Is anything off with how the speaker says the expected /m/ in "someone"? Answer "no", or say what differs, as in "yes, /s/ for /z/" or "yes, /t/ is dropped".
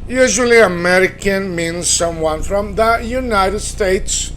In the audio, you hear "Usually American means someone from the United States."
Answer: no